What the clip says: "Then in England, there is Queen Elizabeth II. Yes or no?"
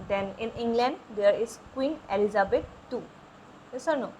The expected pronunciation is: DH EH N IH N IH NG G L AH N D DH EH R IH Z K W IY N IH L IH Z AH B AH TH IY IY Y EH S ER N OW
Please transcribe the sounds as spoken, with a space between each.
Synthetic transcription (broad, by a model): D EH N IH N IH NG G L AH N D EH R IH S K W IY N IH L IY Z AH B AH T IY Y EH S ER N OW